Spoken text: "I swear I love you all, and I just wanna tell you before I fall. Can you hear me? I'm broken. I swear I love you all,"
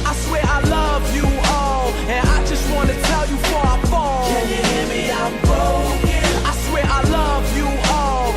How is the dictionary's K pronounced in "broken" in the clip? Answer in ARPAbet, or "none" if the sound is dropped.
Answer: none